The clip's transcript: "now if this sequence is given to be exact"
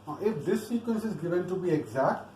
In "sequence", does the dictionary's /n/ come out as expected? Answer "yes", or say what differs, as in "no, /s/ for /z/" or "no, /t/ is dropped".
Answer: yes